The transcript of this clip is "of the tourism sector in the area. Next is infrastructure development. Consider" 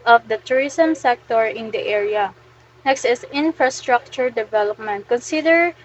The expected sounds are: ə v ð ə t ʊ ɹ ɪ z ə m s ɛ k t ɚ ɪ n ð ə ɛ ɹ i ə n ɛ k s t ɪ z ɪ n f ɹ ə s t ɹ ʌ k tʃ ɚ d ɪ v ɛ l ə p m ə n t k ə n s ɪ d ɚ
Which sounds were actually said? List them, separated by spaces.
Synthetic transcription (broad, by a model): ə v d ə t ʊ ɹ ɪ s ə m s ɛ k t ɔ ɪ n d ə ɛ ɹ i ə n ɛ k s t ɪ s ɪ n f ɹ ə s t ɹ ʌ k tʃ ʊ d ɪ v ɛ l ə p m ə n t k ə n s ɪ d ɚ